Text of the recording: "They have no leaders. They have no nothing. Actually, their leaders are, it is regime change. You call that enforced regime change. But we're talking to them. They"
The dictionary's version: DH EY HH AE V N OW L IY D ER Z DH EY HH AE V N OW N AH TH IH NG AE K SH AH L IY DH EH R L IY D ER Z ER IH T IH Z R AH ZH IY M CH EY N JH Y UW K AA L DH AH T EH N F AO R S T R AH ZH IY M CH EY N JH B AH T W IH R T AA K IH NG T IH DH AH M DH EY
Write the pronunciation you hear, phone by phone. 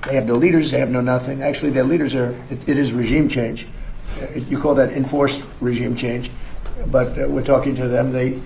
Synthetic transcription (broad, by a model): DH EY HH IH V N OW L IY D ER Z DH EY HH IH V N OW N AH TH IH NG AE K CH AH L IY DH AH R L IY D ER Z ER IH T IH Z R AH ZH IY M CH EY N JH Y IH K AA L DH AH T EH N F AO R S T R AH ZH IY M CH EY N JH B AH T W IH R T AA K IH NG T IH DH AH M DH EY